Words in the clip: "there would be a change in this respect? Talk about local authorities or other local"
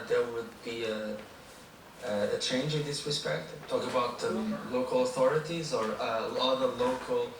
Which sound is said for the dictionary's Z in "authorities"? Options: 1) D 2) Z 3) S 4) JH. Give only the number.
2